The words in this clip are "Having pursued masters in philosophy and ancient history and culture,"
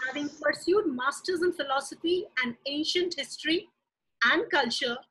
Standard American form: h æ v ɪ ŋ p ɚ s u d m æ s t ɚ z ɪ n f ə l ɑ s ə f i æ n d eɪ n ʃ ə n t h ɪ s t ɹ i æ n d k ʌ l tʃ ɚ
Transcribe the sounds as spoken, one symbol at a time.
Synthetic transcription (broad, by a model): h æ v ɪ ŋ p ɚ s u d m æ s t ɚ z ɪ n f ə l ɑ s ə f i æ n d eɪ n ʃ ə n t h ɪ s t ɹ i æ n d k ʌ l tʃ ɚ